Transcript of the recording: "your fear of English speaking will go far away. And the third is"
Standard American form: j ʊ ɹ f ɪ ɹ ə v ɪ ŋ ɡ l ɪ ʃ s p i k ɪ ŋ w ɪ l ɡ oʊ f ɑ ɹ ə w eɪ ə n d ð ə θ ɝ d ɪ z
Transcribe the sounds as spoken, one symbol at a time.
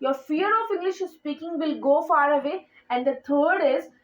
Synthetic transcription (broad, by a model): j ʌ ɹ f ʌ ɹ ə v ɪ ŋ ɡ l ɪ ʃ s p i k ɪ ŋ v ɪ l ɡ oʊ f ɑ ɹ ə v eɪ ə n d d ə t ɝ d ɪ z